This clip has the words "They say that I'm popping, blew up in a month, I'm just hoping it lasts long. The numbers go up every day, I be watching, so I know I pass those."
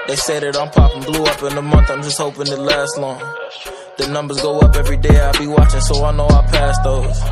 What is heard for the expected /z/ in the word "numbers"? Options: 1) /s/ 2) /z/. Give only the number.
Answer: 2